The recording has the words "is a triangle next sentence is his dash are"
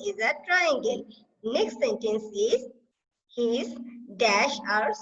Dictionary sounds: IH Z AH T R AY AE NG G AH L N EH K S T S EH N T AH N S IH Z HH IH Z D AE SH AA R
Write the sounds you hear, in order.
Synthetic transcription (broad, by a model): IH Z AH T R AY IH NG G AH N N EH K S T S EH N T AH N S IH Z HH IH Z D AE SH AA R